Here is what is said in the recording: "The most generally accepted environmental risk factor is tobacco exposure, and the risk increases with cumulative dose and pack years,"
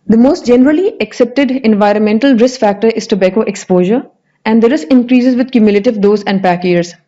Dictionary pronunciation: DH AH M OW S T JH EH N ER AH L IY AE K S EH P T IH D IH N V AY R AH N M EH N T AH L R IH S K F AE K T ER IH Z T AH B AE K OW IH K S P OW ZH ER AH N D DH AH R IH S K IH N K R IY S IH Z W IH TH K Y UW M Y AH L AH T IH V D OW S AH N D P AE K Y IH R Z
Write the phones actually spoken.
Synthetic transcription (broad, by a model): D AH M OW S T JH EH N ER AH L IY AE K S EH P T IH D IH N V AY R AH N M EH N T AH L R IH S K F AE K T ER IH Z T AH B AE K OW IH K S P OW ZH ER AH N D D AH R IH S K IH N K R IY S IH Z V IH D K Y UW M Y AH L AH T IH V D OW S AH N D P AE K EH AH R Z